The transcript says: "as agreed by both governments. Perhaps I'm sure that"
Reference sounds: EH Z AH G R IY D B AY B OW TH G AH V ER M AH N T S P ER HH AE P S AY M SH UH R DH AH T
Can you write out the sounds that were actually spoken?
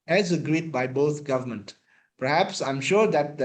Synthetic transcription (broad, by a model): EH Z AH G R IY D B AY B OW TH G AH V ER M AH N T P ER HH AE P S AY M SH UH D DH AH T